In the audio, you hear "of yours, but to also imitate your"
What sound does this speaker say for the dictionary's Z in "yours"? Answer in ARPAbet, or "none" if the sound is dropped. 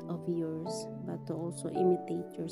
S